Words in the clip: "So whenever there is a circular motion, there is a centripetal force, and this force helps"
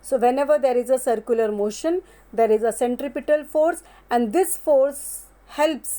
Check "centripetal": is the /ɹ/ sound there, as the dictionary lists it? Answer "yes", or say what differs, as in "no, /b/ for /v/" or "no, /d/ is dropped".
yes